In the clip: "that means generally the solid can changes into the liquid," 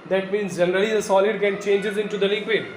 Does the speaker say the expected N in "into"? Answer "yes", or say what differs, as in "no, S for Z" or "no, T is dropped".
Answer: yes